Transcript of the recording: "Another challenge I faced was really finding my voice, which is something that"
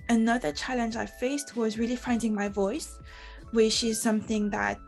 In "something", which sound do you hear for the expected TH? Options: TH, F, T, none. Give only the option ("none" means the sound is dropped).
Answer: TH